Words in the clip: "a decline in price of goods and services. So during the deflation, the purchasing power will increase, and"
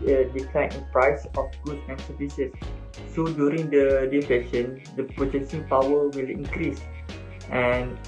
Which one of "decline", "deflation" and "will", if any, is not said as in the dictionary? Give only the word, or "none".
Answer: deflation